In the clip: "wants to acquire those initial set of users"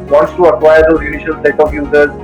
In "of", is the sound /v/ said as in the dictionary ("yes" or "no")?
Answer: no